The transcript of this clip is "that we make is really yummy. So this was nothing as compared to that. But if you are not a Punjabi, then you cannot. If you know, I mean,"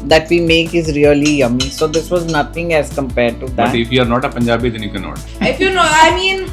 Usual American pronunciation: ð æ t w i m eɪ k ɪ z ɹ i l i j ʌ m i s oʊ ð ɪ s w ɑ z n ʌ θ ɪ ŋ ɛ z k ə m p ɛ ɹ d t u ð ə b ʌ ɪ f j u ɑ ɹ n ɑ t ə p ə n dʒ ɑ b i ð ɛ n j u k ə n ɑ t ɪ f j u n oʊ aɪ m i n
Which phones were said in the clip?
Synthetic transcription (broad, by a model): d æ t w i m eɪ k ɪ z ɹ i l i j ʌ m i s oʊ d ɪ s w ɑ z n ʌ t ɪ ŋ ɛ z k ə m p ɛ ɹ d t u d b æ ɪ f j u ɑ ɹ n ɑ t ə p ə n dʒ ɑ b i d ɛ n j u k ə n ɑ t ɪ f j u n oʊ aɪ m i n